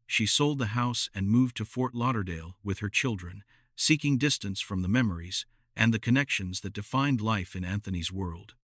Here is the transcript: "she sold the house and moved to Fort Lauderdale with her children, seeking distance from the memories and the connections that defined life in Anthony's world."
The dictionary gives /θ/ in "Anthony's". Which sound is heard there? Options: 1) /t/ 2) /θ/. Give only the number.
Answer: 2